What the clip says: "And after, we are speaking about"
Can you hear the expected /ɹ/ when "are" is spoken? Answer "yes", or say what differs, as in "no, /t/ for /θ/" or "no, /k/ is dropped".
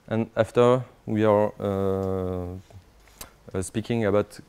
yes